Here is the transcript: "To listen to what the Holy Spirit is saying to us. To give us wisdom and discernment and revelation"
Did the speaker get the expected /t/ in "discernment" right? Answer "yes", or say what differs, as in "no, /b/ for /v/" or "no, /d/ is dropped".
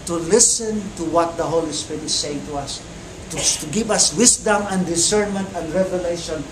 yes